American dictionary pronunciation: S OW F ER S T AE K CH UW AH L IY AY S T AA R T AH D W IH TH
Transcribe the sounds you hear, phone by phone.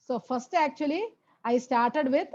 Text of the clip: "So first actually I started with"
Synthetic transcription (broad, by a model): S OW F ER S T AE K CH UW AH L IY AY S T AA R T AH D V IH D